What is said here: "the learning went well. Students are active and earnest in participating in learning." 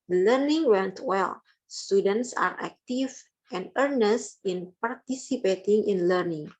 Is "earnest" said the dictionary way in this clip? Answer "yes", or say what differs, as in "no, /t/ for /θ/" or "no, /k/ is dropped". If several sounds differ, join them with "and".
yes